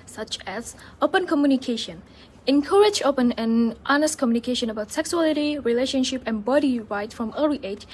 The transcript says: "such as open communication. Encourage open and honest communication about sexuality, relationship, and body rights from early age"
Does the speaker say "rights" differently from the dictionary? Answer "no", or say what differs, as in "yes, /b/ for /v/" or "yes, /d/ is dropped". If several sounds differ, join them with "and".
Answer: yes, /s/ is dropped